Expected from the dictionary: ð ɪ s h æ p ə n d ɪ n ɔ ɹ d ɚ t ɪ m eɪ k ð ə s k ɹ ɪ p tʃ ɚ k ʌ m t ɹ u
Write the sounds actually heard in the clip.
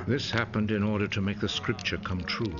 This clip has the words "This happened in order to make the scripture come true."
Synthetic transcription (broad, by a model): ð ɪ s h æ p ə n d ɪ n ɔ ɹ d ɚ t ɪ m eɪ k ð ə s k ɹ ɪ p tʃ ɚ k ʌ m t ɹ u